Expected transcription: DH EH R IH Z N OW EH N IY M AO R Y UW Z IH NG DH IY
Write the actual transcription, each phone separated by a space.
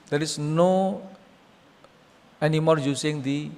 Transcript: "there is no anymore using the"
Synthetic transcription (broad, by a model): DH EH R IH S N OW EH N IY M AO R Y UW S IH NG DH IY